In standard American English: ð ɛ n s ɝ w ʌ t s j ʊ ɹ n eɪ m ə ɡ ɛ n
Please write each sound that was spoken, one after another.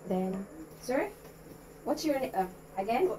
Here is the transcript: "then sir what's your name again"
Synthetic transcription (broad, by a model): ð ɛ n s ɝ w ʌ t s j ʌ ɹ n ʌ ə ɡ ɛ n